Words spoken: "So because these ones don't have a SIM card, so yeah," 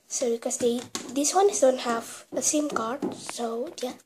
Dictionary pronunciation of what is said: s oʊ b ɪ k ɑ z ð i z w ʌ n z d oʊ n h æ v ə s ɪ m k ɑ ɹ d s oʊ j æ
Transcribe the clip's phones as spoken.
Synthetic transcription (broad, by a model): s oʊ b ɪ k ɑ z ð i s w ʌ n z d oʊ n h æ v ə s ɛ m k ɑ ɹ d s oʊ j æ